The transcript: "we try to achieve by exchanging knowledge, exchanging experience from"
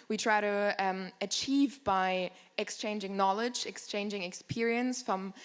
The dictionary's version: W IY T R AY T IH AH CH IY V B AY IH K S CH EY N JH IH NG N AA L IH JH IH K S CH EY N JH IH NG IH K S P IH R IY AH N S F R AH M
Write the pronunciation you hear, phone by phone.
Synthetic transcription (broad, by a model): W IY T R AY T IH AH CH IY V B AY IH K S CH EY N JH IH NG N AA L IH JH IH K S CH EY N JH IH NG IH K S P IH R IY AH N S F R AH M